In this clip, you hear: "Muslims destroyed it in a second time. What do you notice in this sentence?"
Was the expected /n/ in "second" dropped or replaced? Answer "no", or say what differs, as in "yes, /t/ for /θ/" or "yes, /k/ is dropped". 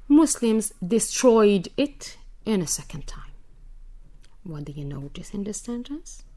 no